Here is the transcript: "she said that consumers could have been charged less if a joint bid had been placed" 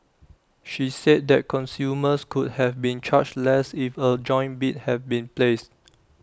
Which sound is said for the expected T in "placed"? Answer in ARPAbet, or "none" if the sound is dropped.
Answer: T